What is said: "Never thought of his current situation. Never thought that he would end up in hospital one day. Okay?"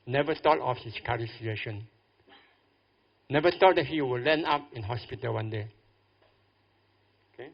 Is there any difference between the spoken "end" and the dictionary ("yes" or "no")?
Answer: yes